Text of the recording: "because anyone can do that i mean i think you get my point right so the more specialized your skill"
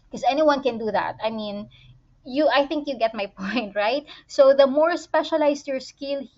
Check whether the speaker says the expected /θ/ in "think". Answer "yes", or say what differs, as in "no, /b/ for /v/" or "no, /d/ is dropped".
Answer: yes